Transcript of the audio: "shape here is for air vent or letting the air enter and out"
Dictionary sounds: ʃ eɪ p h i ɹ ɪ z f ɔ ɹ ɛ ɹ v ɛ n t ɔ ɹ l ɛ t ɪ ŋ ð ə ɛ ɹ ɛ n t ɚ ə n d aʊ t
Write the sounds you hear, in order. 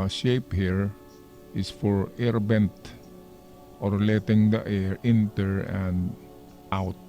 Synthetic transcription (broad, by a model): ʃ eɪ p h i ɹ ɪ s f ɔ ɹ ɛ ɹ b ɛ n t ɔ ɹ l ɛ t ɪ ŋ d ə ɛ ɹ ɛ n t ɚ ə n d aʊ t